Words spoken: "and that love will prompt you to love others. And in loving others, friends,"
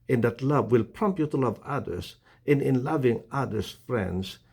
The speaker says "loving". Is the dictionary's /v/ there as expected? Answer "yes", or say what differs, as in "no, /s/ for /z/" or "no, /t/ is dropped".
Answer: yes